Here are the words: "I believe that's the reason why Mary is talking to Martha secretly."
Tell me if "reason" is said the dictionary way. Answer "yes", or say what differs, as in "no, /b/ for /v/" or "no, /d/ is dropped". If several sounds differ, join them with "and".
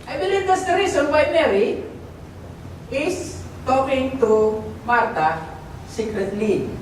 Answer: no, /s/ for /z/